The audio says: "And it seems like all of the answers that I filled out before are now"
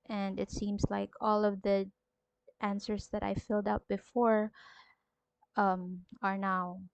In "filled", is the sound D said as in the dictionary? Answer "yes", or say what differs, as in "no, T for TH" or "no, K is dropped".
yes